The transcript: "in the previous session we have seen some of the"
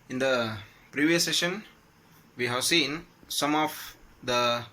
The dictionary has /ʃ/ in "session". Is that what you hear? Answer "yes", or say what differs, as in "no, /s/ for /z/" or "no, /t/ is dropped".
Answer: yes